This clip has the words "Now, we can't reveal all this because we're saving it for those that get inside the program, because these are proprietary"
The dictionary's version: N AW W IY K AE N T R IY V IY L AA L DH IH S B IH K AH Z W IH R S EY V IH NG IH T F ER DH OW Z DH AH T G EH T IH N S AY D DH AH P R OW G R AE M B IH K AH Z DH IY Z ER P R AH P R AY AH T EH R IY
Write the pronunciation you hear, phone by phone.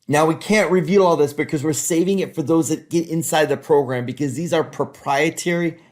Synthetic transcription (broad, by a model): N AW W IY K AE N T R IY V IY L AA L DH IH S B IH K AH Z W IH R S EY V IH NG IH T F ER DH OW Z DH AH T G EH T IH N S AY D DH AH P R OW G R AE M B IH K AH Z DH IY Z ER P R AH P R AY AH T EH R IY